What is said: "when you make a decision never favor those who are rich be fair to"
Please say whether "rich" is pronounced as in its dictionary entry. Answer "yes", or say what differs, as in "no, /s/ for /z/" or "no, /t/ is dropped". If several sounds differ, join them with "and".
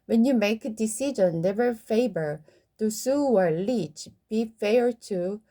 no, /l/ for /ɹ/